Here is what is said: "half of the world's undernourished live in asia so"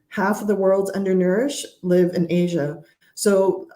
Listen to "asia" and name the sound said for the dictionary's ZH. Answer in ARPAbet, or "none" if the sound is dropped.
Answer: ZH